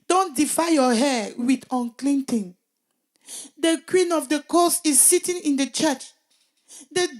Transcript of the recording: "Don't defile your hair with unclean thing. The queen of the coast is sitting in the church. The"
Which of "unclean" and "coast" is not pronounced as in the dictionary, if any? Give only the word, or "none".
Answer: coast